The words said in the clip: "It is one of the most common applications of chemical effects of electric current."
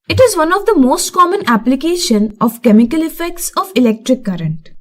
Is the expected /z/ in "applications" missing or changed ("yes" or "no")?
yes